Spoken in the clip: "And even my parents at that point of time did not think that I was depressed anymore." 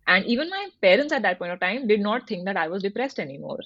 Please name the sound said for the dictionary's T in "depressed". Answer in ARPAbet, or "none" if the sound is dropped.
T